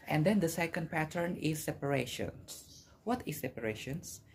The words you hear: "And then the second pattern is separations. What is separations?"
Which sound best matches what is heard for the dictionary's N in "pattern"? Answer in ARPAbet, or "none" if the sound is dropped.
N